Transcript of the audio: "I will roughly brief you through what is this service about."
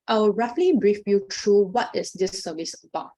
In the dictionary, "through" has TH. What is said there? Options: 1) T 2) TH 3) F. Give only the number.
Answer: 1